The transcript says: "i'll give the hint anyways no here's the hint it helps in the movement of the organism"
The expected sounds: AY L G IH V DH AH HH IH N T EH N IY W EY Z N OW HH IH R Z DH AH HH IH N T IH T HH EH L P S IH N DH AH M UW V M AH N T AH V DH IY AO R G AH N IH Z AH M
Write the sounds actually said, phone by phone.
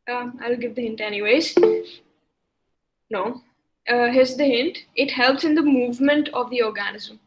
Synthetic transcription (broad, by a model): AY L G IH V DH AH HH IH N T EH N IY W EY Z N OW HH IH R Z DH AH HH IH N T IH T HH EH L P S IH N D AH M UW V M AH N T AH V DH IY AO R G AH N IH Z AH M